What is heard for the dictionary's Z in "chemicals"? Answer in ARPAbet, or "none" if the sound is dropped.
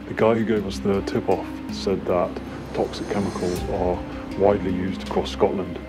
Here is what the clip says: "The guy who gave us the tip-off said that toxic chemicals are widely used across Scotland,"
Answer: Z